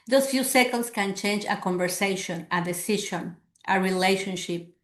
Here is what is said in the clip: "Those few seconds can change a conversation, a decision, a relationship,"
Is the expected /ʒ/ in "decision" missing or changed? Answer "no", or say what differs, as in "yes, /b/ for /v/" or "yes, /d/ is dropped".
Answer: yes, /ʃ/ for /ʒ/